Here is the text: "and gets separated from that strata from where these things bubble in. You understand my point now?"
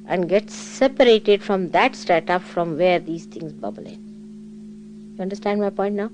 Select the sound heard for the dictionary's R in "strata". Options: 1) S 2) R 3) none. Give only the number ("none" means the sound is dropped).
3